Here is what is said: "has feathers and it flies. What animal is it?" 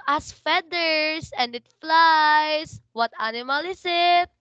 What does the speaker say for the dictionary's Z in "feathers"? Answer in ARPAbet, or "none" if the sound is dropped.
S